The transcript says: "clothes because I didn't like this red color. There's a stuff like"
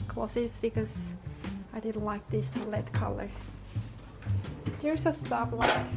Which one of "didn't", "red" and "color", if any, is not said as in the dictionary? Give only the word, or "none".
red